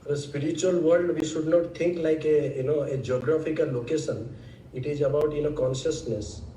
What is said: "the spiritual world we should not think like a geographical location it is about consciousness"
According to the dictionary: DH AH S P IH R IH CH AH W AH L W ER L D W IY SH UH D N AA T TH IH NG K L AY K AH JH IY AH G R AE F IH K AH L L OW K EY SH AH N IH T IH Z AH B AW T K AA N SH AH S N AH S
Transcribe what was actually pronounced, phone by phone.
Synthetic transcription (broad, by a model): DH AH S P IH R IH CH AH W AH L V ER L D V IY SH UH D N AA T T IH NG K L AY K AH JH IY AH G R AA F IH K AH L L OW K EY SH AH N IH T IH Z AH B AW T K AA N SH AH S N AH S